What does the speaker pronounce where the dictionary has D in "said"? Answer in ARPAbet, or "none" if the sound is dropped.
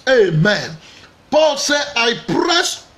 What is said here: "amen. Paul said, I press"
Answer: none